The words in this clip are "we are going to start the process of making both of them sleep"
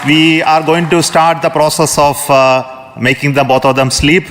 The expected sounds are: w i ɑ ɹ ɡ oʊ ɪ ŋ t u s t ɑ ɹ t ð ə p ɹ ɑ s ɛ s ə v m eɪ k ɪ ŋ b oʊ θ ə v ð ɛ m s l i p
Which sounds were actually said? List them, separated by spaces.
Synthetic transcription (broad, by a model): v i ɑ ɹ ɡ oʊ ɪ ŋ t u s t ɑ ɹ t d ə p ɹ ɑ s ɛ s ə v m eɪ k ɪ ŋ b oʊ t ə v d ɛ m s l i p